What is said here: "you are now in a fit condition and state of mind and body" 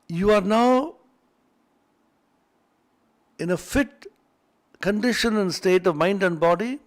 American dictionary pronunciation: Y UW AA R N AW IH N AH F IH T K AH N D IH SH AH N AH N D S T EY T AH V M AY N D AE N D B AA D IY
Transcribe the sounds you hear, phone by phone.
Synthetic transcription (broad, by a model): Y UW AA R N AW IH N AH F IH T K AH N D IH SH AH N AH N S T EY T AH V M AY N D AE N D B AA D IY